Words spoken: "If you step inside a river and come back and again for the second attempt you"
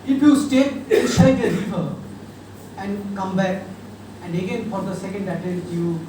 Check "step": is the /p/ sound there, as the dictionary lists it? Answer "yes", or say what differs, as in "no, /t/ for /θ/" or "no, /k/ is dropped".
no, /p/ is dropped